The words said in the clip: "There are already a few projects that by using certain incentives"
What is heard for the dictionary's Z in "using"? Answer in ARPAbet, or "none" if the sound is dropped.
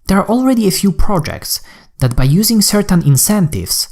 Z